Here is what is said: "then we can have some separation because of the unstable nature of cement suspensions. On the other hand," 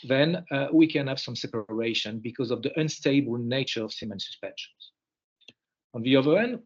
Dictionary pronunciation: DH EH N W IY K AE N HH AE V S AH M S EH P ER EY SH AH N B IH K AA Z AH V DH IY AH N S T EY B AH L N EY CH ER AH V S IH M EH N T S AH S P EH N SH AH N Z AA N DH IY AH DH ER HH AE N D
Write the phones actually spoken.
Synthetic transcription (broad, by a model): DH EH N W IY K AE N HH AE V S AH M S EH P ER EY SH AH N B IH K AA Z AH V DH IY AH N S T EY B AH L N EY CH ER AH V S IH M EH N S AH S P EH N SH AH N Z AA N DH IY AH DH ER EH N D